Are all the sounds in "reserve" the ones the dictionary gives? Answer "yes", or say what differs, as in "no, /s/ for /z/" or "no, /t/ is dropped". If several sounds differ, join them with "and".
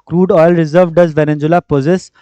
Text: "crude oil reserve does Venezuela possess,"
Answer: yes